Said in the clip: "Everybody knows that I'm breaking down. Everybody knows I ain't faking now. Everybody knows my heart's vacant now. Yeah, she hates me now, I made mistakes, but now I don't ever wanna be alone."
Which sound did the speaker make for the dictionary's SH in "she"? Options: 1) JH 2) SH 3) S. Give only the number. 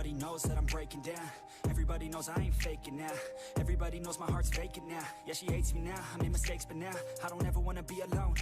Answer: 2